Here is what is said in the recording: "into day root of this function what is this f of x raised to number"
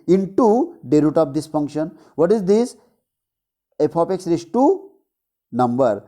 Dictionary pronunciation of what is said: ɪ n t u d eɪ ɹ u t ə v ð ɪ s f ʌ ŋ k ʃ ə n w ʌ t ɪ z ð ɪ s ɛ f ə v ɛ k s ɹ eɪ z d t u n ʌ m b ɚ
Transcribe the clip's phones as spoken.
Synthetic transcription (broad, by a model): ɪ n t u d eɪ ɹ u t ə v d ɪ s f ʌ ŋ k ʃ ə n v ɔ t ɪ z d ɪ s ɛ p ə p ɛ k s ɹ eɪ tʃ t u n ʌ m b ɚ